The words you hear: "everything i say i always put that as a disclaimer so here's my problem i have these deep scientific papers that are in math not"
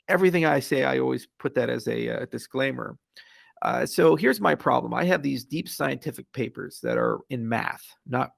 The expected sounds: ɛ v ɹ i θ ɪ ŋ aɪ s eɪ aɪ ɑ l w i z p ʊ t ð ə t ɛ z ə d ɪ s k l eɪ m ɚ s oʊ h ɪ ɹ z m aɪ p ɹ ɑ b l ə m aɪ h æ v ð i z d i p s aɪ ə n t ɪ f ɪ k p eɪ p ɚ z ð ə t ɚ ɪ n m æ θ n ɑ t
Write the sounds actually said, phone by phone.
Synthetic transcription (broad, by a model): ɛ v ɹ i θ ɪ ŋ aɪ s eɪ aɪ ɑ l w i z p ʊ t ð ə t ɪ z ə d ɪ s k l eɪ m ɚ s oʊ h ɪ ɹ z m aɪ p ɹ ɑ b l ə m aɪ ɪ v ð i z d i p s aɪ ə n t ɪ f ɪ k p eɪ p ɚ z ð ə t ɚ ɪ n m æ θ n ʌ t